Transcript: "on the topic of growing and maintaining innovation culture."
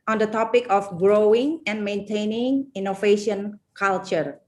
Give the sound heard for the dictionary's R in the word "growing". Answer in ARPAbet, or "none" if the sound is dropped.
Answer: R